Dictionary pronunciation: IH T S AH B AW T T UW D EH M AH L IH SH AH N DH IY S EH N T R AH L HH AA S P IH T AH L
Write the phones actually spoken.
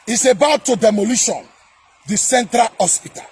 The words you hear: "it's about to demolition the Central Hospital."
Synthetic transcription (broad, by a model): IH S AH B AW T T UW D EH M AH L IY SH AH N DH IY S EH N T R AH L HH AA S P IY T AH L